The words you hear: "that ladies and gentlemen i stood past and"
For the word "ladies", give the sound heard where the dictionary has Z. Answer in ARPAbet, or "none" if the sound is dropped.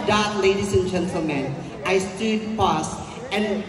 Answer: S